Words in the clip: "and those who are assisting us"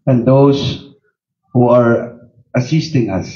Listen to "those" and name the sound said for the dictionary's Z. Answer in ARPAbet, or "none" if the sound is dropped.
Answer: S